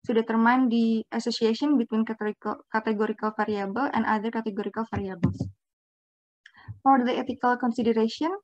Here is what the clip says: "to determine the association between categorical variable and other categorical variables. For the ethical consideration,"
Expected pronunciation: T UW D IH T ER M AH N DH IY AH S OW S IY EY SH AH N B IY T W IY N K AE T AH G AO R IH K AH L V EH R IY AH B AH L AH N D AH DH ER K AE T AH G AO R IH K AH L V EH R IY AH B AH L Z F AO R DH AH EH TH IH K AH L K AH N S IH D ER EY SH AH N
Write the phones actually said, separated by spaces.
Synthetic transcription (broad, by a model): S UW D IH T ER M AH N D IY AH S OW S IY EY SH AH N B IY T W IY N K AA T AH G AO R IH K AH L F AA R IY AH B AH L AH N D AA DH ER K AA T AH G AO R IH K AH L F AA R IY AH B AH L S F AO R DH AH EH T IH K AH L K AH N S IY D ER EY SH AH N